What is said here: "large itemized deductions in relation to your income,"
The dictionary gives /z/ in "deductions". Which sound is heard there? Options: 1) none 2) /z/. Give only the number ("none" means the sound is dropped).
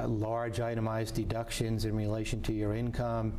2